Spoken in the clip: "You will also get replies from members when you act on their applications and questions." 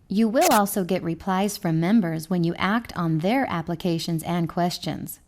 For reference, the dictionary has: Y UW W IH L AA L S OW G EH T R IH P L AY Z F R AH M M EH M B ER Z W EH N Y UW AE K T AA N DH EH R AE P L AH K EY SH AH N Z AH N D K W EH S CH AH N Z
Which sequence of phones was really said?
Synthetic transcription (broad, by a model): Y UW W IH L AA L S OW G EH T R IH P L AY Z F R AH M M EH M B ER Z W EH N Y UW AE K T N DH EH R AE P L AH K EY SH AH N Z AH N K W EH S CH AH N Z